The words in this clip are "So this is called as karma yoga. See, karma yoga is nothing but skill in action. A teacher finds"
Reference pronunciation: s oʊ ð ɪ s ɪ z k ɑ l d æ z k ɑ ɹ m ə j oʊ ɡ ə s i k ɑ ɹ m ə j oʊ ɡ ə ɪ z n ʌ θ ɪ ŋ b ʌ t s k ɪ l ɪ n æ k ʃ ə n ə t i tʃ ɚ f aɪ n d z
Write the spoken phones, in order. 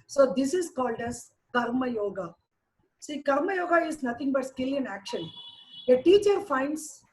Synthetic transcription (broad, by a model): s oʊ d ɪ s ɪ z k ɑ l d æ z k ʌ ɹ m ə j oʊ ɡ ə s i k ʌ ɹ m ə j oʊ ɡ ə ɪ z n ʌ t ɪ ŋ b ʌ t s k ɪ l ɪ n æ k ʃ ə n ə t i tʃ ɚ f aɪ n d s